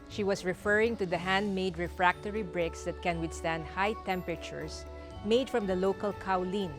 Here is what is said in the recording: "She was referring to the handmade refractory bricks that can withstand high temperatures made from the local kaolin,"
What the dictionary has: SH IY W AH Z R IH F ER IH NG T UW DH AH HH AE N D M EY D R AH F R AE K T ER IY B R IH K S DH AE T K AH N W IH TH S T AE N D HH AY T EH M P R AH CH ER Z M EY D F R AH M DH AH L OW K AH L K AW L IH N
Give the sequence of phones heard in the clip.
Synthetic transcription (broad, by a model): SH IY W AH S R IH F ER IH NG T UW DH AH HH AE N D M EY D R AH F R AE K T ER IY B R IH K S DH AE T K AH N W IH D S T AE N D HH AY T EH M P R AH CH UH S M EY D F R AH M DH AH L OW K AH L K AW L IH N